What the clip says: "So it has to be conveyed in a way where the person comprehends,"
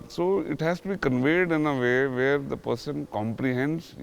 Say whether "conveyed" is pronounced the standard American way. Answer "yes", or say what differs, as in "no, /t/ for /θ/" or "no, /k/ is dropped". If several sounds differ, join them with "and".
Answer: yes